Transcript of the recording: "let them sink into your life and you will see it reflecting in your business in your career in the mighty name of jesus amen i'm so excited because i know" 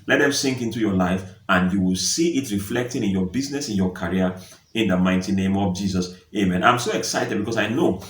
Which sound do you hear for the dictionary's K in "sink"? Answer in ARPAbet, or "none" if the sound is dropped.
K